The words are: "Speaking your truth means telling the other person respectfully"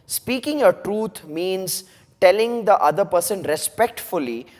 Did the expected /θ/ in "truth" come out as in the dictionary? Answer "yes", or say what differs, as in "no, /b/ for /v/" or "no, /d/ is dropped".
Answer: no, /t/ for /θ/